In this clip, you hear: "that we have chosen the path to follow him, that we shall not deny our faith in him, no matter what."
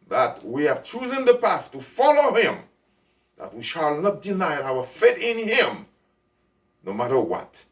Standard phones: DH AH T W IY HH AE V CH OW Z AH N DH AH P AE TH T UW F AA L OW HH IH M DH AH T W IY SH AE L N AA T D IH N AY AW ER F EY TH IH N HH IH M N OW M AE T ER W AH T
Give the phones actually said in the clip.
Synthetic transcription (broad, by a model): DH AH T W IY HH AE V CH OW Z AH N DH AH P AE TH T UW F AA L OW HH IH M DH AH T W IY SH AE L N AA T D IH N AY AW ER F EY T IH N HH IH M N OW M AE T ER W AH T